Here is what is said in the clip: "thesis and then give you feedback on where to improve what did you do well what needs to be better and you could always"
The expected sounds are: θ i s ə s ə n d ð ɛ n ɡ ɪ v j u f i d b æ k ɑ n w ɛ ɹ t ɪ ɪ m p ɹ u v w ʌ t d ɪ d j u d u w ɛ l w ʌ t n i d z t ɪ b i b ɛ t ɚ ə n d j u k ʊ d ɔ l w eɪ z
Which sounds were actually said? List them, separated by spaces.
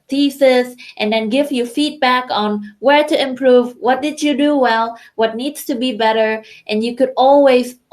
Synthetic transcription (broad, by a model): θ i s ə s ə n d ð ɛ n ɡ ɪ v j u f i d b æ k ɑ n w ɛ ɹ t ɪ ɪ m p ɹ u v w ʌ t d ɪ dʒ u d u w ɛ l w ʌ t n i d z t ɪ b i b ɛ t ɚ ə n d j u k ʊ d ɔ l w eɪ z